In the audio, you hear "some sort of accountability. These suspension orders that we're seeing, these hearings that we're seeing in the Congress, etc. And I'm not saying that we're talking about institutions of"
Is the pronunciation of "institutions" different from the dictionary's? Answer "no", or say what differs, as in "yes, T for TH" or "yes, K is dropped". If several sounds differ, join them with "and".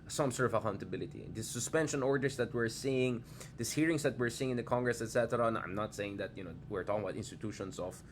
yes, S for Z